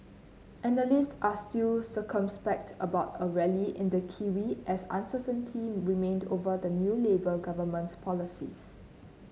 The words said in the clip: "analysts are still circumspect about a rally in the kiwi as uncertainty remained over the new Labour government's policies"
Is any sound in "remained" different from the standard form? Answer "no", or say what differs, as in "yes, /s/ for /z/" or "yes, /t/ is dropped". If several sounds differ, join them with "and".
no